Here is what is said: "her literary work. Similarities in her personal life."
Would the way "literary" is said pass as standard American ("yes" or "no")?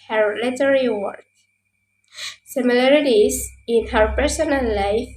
no